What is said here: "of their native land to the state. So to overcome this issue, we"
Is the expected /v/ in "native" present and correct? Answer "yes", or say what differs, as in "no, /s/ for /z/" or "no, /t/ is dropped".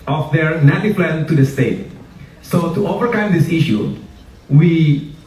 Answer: no, /p/ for /v/